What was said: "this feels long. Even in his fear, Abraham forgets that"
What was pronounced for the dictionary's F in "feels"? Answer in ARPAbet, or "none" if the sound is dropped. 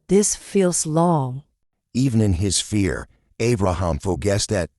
F